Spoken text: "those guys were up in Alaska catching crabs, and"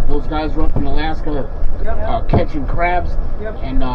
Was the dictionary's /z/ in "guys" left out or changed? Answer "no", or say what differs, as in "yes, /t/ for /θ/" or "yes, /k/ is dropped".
no